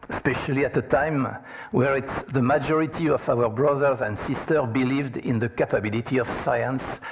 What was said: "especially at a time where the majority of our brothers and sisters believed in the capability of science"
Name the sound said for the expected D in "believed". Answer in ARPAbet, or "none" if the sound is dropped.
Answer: D